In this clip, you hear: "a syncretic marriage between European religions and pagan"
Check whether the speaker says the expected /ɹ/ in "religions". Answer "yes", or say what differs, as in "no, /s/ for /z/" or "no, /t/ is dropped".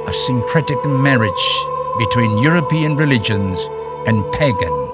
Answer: yes